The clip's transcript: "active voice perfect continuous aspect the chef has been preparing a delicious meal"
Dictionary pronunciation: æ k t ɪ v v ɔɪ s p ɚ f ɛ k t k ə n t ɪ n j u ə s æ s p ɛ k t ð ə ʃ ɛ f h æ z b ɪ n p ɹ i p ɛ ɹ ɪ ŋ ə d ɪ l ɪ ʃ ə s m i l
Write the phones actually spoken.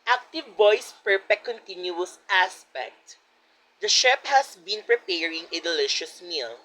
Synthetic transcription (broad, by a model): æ k t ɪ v v ɔɪ s p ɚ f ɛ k k ə n t ɪ n j u ə s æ s p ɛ k t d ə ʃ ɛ p h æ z b ɪ n p ɹ i p ɛ ɹ ɪ ŋ ə d ɪ l ɪ ʃ ə s m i l